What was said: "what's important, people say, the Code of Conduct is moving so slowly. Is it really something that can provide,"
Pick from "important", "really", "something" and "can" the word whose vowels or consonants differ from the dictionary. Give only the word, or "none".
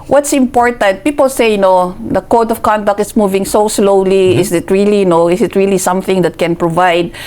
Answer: none